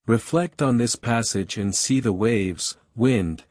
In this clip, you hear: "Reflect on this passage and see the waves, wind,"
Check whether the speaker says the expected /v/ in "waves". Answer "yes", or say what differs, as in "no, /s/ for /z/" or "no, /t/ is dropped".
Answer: yes